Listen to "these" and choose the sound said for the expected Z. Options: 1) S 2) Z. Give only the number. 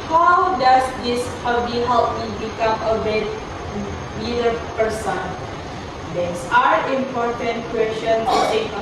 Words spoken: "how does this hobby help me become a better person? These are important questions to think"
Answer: 1